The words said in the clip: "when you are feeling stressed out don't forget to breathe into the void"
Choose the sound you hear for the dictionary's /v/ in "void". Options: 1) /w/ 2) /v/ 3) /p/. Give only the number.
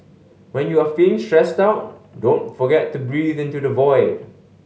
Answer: 2